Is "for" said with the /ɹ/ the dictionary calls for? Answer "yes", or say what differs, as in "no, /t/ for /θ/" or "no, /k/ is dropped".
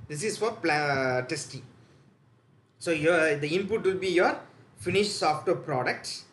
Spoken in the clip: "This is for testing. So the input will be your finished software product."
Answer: no, /l/ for /ɹ/